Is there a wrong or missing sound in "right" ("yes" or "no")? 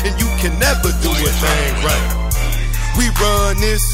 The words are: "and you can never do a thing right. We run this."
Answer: no